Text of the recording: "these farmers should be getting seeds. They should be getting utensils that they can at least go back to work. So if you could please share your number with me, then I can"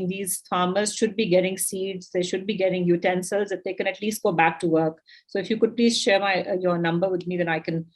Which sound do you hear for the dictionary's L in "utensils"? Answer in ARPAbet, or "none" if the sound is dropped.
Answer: L